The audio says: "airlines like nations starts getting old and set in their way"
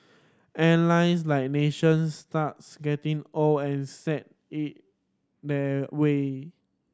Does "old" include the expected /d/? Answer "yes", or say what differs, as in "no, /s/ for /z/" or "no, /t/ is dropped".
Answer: no, /d/ is dropped